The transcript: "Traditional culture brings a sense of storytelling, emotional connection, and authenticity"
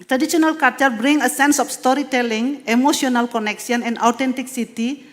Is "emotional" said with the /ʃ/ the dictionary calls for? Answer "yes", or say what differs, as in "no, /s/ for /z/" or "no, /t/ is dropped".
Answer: no, /s/ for /ʃ/